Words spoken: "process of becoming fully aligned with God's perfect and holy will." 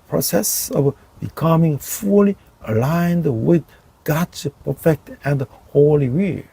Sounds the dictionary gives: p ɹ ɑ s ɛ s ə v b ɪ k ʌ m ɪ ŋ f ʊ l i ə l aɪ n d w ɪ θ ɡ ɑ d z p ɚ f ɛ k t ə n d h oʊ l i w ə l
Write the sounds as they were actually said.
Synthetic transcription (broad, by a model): p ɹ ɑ s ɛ s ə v b ɪ k ʌ m ɪ ŋ f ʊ l i ə l aɪ n d w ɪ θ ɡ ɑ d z p ɚ f ɛ k t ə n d h oʊ l i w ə